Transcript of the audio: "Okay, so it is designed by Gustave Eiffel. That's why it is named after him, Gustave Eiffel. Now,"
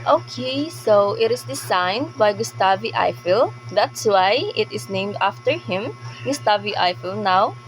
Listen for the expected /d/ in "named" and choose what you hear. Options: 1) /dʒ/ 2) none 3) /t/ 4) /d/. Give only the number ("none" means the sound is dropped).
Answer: 4